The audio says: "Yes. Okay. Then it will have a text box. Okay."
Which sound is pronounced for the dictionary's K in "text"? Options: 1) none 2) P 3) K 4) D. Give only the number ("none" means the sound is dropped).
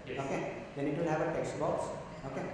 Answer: 3